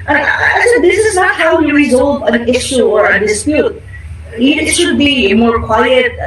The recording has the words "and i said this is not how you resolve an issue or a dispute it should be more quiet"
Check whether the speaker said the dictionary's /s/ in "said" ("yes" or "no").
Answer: no